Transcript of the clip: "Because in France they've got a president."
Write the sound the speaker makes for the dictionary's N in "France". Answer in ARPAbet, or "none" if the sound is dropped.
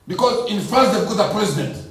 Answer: none